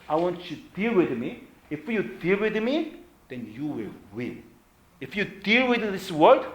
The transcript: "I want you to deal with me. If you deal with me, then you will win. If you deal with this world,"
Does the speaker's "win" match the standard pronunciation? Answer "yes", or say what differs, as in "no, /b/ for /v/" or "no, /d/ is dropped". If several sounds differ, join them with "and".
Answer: no, /l/ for /n/